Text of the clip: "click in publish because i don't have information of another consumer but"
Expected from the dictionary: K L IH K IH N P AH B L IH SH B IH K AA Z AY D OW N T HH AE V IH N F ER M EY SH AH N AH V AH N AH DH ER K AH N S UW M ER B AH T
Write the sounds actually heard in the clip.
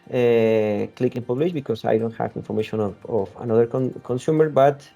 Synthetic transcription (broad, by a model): K L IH K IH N P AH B L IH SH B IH K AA S AY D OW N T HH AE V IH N F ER M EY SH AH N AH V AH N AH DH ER K AH N S UW M ER B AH T